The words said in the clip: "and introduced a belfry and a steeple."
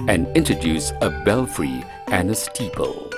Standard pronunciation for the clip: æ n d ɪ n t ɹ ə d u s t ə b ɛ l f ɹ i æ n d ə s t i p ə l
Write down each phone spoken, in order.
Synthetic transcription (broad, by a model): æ n d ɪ n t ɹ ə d u s ə b ɛ l f ɹ i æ n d ə s t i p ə l